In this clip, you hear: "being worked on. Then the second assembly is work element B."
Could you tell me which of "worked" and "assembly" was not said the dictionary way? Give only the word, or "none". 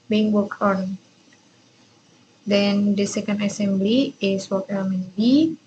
worked